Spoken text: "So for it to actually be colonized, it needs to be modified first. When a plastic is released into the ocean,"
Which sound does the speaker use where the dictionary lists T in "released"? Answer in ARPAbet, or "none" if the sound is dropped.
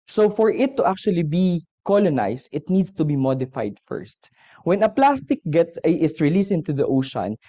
none